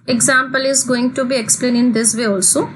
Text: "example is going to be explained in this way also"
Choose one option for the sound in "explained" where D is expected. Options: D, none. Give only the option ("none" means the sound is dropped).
none